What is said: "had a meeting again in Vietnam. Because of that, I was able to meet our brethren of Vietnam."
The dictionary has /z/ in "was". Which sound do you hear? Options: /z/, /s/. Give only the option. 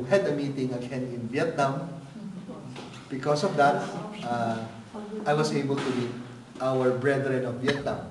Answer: /s/